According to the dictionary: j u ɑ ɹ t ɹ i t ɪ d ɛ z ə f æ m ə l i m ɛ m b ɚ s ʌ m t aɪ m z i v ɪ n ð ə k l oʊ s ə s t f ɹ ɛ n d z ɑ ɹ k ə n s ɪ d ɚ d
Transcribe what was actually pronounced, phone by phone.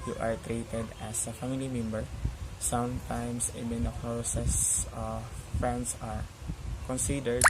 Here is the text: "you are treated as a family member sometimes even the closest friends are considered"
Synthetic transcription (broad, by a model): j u ɑ ɹ t ɹ i t ɪ d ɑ s ə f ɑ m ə l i m ɛ m b ɚ s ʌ m t aɪ m s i b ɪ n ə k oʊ s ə s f ɹ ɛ n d s ɑ ɹ k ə n s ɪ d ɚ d